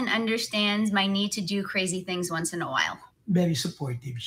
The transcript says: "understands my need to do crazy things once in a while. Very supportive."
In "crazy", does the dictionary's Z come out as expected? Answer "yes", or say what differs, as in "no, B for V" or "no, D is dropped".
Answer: yes